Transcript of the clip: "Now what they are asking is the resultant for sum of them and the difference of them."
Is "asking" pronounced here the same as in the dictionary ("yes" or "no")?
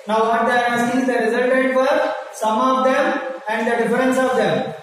no